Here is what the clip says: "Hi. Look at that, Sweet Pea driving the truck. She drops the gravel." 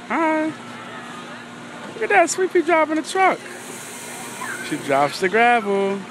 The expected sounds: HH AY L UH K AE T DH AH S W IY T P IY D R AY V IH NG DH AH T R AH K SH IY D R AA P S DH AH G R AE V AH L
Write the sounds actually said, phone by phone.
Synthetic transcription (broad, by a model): HH AY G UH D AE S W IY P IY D R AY P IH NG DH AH T R AH K SH IY D R AA P S DH AH G R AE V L